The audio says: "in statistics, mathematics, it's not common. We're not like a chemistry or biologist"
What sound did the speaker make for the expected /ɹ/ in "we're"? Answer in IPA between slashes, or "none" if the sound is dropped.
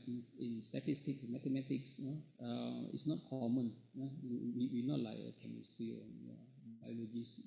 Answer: /w/